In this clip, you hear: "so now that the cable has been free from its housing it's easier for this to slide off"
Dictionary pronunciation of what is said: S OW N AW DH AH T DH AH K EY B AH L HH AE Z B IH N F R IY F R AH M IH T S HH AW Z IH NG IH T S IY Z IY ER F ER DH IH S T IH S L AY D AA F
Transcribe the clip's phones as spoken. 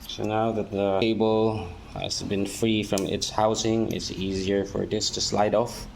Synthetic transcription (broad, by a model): S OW N AW DH AH T DH AH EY B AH L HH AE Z B IH N F R IY F R AH M IH T S HH AW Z IH NG IH T S IY Z IY ER F ER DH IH S T IH S L AY D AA F